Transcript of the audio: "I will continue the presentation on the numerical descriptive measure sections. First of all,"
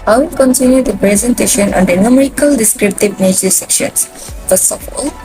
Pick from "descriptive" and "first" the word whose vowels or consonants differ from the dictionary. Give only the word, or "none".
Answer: none